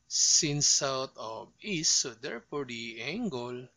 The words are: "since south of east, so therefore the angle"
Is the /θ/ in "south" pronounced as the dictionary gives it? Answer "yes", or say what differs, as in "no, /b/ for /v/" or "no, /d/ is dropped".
no, /t/ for /θ/